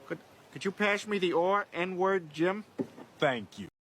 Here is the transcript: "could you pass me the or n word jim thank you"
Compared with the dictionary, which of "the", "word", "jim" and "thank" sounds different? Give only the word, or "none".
none